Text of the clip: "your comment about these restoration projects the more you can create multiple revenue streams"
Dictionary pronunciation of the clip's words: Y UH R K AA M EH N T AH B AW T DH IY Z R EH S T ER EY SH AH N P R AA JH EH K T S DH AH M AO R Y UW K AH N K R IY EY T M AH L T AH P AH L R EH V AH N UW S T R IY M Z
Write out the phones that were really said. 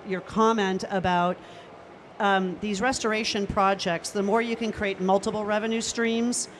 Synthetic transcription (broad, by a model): Y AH R K AA M EH N T AH B AW T DH IY Z R EH S T ER EY SH AH N P R AA JH EH K T S DH AH M AO R Y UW K AH N K R IY EY T M AH L T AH P L R EH V AH N UW S T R IY M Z